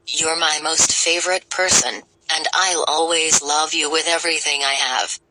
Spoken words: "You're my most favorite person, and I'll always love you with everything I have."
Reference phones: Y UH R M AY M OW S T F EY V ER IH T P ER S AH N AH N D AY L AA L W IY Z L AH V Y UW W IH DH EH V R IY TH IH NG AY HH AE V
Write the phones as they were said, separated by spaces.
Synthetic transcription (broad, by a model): Y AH R M AY M OW S T F EY V ER IH T P ER S AH N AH N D AY L AA L W IY Z L AH V Y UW W IH DH EH V R IY TH IH NG AY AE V